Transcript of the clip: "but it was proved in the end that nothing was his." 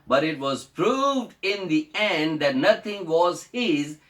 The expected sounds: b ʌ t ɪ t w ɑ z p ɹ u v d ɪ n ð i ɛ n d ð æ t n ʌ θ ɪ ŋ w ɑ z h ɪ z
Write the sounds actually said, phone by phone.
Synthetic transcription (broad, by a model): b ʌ t ɪ t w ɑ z p ɹ u v d ɪ n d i ɛ n d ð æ t n ʌ t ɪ ŋ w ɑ z h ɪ z